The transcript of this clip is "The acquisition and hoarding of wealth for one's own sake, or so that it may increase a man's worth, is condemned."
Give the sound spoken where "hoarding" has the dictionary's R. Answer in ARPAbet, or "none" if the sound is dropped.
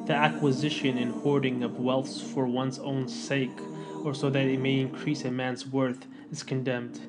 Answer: R